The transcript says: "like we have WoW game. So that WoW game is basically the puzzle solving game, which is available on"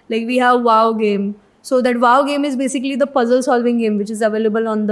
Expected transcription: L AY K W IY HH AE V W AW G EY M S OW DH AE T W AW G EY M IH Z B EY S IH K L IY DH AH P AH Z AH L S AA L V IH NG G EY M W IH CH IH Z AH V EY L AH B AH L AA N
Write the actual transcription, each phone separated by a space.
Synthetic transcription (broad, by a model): L AY K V IY HH AE V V AW G EY M S OW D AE T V AW G EY M IH Z B EY S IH K L IY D AH P AH Z AH L S AA L V IH NG G EY M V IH CH IH Z AH V EY L AH B AH L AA N